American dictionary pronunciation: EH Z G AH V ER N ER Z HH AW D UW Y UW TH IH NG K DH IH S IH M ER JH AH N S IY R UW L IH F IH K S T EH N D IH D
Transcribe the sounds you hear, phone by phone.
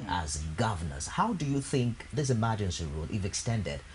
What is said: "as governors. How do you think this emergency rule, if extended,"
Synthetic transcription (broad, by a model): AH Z G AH V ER N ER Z HH AW D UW Y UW TH IH NG K DH IH S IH M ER JH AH N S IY R UW L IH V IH K S T EH N D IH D